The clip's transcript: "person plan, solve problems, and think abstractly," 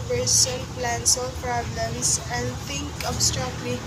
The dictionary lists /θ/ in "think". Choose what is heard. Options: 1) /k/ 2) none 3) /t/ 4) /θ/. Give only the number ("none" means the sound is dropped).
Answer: 3